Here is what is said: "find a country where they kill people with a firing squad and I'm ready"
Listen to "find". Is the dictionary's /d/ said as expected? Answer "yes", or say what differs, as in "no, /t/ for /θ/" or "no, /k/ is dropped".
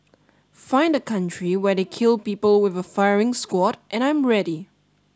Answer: yes